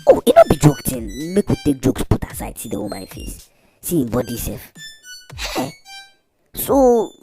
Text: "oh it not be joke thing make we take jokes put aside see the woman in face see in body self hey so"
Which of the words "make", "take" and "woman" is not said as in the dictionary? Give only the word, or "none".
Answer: woman